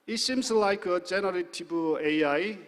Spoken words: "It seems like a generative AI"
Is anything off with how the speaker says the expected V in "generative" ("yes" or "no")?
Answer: yes